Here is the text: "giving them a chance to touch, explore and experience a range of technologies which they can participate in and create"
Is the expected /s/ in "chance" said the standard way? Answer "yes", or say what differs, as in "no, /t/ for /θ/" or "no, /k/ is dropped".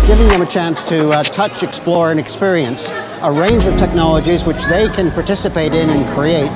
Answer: yes